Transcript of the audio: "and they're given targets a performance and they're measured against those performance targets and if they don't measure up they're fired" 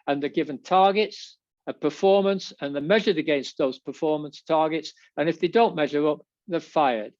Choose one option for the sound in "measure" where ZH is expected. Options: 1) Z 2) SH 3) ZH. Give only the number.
3